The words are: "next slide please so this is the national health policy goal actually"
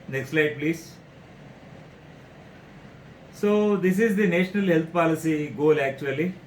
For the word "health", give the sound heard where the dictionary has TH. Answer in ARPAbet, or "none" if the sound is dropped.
T